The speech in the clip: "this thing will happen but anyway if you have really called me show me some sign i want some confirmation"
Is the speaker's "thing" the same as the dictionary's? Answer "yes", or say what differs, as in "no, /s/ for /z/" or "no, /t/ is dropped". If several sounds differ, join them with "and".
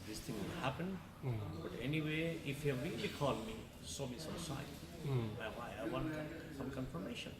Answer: no, /t/ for /θ/